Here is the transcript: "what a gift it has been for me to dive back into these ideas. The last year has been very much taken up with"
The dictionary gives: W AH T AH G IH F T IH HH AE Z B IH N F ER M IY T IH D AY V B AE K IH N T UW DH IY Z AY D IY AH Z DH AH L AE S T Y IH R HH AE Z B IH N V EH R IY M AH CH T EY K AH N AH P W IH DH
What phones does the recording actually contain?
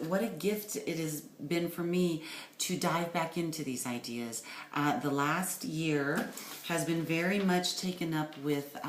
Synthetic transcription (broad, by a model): W AH T AH G IH F T IH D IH Z B IH N F ER M IY T IH D AY V B AE K IH N T UW DH IY Z AY D IY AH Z DH AH L AE S T Y IH R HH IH Z B IH N V EH R IY M AH CH T EY K AH N AH P W IH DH